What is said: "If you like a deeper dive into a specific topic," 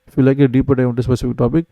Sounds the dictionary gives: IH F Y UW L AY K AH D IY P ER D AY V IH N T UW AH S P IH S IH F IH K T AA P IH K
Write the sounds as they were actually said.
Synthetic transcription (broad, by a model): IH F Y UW L AY K AH D IY P ER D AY IH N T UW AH S P IH S IH F IH K T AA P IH K